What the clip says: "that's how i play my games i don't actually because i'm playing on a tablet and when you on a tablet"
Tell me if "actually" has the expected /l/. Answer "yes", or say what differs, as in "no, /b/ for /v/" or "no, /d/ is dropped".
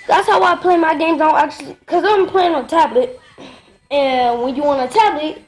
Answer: no, /l/ is dropped